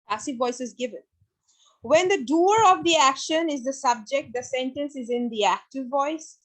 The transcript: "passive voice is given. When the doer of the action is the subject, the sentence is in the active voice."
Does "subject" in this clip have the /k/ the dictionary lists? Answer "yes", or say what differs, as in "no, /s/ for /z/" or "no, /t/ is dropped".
yes